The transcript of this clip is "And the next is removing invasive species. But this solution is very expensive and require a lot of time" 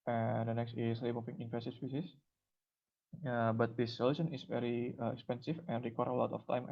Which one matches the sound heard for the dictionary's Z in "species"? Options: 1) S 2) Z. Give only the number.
1